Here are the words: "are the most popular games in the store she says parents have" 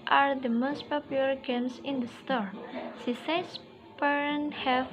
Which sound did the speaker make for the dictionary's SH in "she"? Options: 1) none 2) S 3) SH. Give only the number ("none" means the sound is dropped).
2